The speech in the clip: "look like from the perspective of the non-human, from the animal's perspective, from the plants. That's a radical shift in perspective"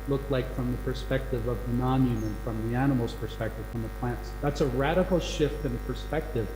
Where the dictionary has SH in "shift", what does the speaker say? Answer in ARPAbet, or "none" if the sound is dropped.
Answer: SH